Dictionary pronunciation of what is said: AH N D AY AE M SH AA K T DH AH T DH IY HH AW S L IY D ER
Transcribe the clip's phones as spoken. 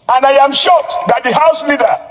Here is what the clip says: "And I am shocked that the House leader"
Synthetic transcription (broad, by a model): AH N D AY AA M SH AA T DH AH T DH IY HH AW S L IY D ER